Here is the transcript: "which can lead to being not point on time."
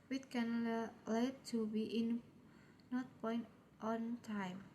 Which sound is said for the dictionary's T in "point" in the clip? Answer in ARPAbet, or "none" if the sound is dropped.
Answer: T